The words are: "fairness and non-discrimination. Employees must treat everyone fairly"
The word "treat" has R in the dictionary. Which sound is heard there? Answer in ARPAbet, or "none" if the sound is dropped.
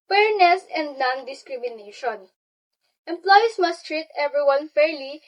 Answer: R